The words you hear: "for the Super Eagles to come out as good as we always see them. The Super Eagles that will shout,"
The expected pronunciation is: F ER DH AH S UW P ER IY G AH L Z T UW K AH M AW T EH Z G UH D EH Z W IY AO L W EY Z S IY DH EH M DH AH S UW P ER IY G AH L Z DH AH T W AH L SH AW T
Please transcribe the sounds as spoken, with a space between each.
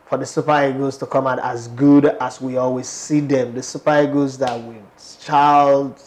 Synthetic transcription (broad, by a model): F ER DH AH S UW P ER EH G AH Z T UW K AH M AW T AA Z G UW D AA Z W IY AO L W EY Z S IY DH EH M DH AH S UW P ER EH G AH Z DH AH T W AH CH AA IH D